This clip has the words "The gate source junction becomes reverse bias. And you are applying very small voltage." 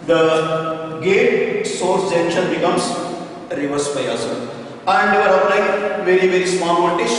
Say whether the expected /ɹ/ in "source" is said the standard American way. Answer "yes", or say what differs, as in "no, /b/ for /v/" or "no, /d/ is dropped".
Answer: yes